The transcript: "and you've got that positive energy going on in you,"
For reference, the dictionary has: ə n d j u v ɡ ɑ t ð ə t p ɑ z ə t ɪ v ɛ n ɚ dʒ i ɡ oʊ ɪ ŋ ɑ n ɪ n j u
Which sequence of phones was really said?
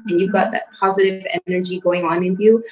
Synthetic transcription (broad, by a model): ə n j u v ɡ ɑ t ð ə t p ɑ z ə t ɪ v ɛ n ɚ dʒ i ɡ oʊ ɪ ŋ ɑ n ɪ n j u